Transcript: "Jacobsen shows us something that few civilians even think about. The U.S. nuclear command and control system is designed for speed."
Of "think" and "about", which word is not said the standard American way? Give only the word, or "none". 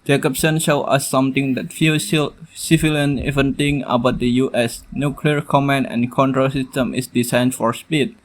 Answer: think